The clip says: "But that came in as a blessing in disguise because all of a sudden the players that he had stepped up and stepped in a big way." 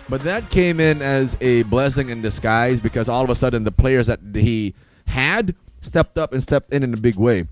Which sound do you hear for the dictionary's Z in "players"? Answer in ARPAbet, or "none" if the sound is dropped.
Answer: Z